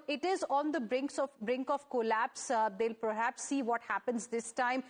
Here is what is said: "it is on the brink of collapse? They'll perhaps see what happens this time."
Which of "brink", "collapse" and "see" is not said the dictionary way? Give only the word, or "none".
none